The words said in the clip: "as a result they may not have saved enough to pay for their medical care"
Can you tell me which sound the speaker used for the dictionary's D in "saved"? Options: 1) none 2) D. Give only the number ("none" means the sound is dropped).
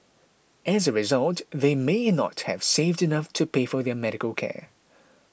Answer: 2